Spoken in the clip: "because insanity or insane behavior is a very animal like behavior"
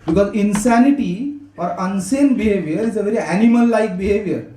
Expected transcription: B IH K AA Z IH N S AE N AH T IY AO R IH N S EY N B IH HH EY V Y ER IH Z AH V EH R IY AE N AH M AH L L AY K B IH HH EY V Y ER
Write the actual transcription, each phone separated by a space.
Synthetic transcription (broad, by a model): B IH K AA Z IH N S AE N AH T IY AO R IH N S EY N B IH HH EY V Y ER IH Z AH V EH R IY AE N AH M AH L L AY K B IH HH EY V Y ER